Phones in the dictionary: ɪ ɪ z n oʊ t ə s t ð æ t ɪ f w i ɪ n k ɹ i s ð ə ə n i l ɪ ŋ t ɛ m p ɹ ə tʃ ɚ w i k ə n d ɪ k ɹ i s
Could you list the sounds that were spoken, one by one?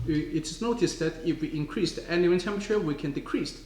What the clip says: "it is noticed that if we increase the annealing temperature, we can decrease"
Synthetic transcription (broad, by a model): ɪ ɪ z n oʊ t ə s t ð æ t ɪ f w i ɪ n k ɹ i s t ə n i w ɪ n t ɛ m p ə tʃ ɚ w i k ə n d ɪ k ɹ i s